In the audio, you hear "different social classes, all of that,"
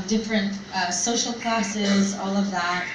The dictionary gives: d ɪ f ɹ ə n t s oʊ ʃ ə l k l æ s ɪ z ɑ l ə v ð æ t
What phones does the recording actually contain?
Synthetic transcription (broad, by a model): d ɪ f ɹ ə n t s oʊ ʃ l k l æ s ɪ z ɑ l ə v ð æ t